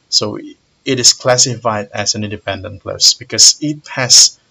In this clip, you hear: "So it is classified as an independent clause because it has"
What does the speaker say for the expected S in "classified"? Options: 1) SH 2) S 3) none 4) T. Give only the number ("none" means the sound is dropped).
2